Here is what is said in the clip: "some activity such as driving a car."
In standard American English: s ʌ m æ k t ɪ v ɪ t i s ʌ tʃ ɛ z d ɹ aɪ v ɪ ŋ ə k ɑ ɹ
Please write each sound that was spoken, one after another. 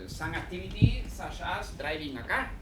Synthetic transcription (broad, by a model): s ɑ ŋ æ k t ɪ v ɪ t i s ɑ ʃ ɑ s d ɹ aɪ v ɪ ŋ ə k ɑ